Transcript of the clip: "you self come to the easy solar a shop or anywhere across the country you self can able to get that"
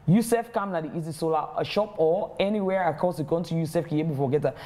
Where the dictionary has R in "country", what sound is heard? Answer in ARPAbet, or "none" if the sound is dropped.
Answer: none